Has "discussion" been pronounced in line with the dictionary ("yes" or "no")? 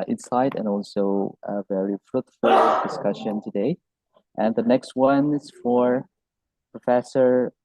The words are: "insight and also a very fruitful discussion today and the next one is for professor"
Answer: yes